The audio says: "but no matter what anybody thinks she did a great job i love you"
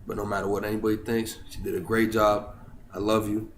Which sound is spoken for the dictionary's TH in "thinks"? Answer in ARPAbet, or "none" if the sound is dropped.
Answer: TH